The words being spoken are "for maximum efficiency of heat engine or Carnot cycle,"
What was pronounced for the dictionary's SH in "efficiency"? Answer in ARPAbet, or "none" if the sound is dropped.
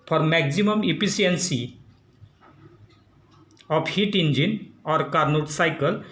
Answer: S